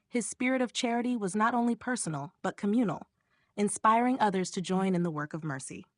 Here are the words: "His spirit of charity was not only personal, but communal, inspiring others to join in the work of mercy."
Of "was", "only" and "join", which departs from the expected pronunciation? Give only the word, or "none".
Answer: none